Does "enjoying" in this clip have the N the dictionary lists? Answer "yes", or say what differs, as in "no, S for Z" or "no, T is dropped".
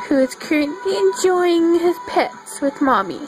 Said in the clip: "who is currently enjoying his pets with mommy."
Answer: yes